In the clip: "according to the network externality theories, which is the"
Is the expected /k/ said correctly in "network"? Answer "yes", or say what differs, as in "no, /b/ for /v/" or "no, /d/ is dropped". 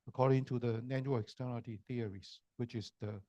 no, /k/ is dropped